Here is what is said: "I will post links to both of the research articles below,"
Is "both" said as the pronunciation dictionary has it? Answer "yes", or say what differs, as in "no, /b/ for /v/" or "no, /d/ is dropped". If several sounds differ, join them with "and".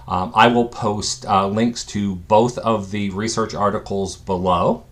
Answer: yes